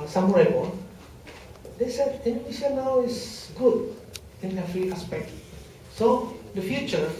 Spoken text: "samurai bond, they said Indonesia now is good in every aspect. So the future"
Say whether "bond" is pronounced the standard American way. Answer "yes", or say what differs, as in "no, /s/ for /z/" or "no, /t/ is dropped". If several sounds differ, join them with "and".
no, /n/ is dropped